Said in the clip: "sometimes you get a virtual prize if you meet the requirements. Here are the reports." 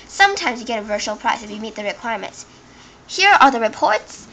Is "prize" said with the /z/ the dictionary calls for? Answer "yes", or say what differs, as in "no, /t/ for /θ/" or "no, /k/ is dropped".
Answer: no, /s/ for /z/